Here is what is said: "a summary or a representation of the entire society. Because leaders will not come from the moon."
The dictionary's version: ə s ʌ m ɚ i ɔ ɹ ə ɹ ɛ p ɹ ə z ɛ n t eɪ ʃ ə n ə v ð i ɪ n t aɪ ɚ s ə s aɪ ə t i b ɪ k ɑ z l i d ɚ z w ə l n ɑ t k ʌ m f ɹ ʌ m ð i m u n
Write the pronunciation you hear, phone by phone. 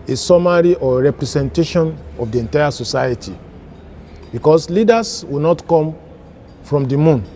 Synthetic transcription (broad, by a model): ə s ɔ m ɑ i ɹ ə ɹ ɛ p ɹ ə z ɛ n t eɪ ʃ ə n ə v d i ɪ n t aɪ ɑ s ə s aɪ ə t i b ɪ k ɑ s l i d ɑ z w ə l n ɑ t k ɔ m f ɹ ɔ m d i m u n